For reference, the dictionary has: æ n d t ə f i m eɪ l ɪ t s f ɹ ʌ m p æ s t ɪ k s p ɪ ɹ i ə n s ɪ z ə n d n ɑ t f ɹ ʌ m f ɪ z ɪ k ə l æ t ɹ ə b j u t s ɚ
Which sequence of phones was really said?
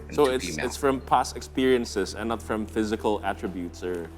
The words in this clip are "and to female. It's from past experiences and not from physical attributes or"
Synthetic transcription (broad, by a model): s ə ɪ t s ɪ t s f ɹ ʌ m p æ s ɪ k s p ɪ ɹ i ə n s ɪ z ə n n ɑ t f ɹ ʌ m f ɪ z ɪ k ə l æ t ɹ ə b j u t s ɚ